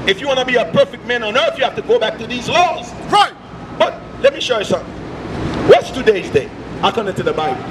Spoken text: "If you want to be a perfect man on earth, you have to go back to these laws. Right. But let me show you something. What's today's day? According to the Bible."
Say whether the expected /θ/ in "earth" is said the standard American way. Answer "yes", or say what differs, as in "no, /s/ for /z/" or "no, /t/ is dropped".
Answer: yes